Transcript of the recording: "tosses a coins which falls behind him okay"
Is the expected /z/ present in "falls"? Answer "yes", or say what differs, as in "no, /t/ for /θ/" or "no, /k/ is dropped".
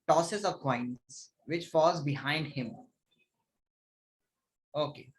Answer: yes